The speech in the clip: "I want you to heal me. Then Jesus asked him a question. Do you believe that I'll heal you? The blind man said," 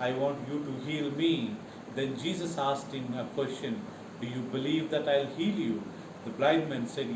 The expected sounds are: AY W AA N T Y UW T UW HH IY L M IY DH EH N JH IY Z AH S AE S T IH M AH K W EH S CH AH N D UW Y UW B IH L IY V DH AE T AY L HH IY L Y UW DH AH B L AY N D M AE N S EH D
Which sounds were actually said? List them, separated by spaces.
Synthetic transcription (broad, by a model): AY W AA N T Y UW T UW HH IY L M IY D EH N JH IY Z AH S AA S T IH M AH K W EH S CH AH N D UW Y UW B IH L IY V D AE T AY L HH IY L Y UW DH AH B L AY D M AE N S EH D